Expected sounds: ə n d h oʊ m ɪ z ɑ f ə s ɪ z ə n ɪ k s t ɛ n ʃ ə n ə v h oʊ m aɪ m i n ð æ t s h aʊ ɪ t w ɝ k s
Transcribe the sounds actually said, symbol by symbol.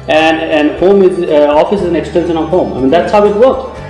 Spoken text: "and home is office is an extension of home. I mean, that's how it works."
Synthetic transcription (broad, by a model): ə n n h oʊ m ɪ z ɑ f ə s ɪ z ə n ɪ k s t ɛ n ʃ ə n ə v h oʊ m aɪ m i n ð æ t s h aʊ ɪ t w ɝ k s